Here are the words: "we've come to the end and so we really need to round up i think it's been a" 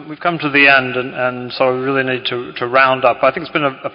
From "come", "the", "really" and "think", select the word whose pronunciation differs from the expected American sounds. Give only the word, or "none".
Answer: none